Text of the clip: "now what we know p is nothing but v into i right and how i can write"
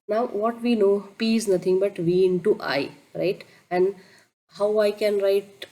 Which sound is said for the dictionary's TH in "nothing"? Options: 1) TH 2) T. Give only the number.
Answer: 2